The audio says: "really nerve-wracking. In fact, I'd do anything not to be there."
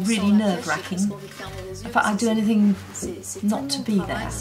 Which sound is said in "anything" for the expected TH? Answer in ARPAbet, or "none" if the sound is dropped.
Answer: TH